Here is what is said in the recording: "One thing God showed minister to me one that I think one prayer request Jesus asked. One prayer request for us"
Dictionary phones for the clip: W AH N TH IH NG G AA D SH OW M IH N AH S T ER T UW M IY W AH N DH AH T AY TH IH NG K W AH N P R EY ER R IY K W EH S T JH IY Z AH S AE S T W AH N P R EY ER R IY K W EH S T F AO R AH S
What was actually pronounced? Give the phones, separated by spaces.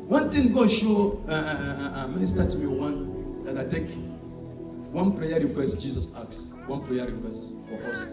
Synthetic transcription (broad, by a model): W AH N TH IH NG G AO SH OW M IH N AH S T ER T UW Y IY W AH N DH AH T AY T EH K W AH N P R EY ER R IY K W EH S T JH IY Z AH S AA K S W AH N P R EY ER R IY K W EH S T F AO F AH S